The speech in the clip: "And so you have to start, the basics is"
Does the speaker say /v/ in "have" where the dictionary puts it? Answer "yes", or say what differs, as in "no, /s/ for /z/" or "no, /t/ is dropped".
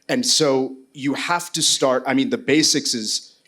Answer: no, /f/ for /v/